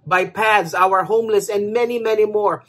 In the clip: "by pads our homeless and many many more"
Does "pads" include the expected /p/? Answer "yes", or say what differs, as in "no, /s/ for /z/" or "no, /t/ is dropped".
yes